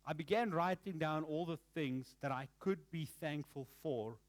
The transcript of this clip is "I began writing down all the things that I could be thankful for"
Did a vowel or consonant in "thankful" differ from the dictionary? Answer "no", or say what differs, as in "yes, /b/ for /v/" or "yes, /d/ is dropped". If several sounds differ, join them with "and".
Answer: no